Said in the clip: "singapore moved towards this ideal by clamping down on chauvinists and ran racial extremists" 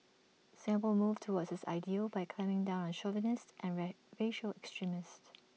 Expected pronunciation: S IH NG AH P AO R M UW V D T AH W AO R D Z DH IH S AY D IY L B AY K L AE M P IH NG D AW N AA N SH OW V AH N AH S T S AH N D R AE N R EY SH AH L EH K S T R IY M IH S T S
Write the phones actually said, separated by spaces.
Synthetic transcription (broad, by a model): S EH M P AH L M UW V T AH W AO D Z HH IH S AY D IY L B AY K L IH M IH NG D AW N AA N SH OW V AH N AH S T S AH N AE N R EY SH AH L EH K S T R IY M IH S T